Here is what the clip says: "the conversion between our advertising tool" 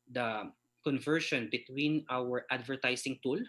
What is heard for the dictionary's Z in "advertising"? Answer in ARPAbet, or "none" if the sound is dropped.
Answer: S